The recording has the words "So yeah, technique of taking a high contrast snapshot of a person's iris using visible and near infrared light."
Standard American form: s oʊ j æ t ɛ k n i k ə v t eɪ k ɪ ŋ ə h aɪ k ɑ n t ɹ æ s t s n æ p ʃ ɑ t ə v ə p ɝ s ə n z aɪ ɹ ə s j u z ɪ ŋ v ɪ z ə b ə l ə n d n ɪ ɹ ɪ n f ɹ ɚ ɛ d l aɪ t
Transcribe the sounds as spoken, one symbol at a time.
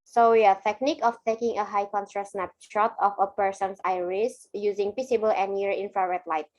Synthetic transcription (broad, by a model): s oʊ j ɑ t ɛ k n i k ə f t eɪ k ɪ ŋ ə h aɪ k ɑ n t ɹ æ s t s n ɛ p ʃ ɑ t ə f ə p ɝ s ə n s aɪ ɹ ə s j u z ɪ ŋ p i s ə b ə l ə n n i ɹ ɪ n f ɹ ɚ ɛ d l aɪ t